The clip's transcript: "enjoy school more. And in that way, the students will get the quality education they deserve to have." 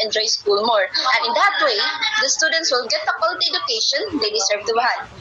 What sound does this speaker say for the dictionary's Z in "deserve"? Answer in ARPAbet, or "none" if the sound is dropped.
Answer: S